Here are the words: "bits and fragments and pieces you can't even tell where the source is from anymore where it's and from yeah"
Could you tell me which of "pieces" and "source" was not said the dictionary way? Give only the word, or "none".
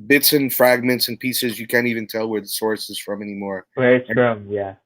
none